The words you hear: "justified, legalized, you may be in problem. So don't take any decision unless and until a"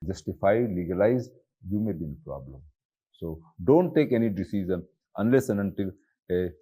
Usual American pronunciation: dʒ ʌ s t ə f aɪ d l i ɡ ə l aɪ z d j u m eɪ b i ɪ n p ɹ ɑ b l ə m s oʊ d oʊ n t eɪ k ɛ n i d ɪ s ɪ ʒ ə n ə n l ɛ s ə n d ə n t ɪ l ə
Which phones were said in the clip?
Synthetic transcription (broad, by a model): dʒ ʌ s t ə f aɪ l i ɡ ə l aɪ z j u m eɪ b i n p ɹ ɑ b l ə m s oʊ d oʊ n t eɪ k ɛ n i d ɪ s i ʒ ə n ə n l ɛ s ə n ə n t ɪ l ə